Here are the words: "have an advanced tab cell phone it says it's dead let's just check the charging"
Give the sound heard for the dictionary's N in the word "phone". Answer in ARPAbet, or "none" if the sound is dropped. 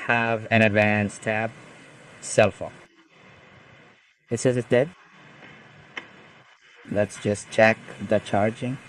none